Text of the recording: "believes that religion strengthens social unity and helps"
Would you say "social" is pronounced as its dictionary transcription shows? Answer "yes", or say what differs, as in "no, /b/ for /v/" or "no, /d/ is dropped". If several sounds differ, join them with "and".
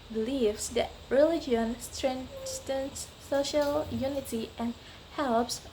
yes